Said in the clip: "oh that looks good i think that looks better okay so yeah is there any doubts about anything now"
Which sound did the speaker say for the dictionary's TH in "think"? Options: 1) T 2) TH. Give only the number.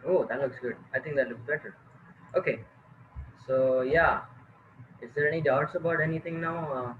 1